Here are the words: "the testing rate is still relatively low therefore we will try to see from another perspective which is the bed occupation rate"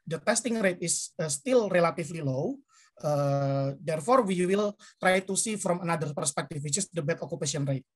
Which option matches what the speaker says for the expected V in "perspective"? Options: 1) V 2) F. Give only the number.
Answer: 2